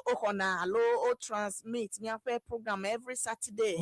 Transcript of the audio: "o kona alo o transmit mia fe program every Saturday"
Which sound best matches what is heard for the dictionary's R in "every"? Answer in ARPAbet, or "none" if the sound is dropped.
R